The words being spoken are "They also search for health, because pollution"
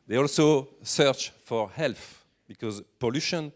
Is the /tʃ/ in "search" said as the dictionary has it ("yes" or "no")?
yes